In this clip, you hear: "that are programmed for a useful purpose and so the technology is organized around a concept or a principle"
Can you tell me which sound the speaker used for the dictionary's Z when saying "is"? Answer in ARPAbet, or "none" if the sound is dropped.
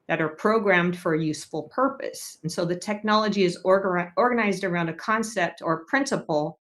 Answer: Z